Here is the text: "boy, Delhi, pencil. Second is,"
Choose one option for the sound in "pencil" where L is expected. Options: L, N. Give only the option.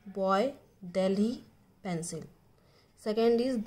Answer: L